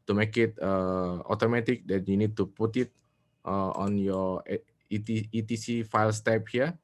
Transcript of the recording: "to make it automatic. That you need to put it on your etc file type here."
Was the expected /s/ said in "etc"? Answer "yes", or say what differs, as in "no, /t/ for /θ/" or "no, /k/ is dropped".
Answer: no, /s/ is dropped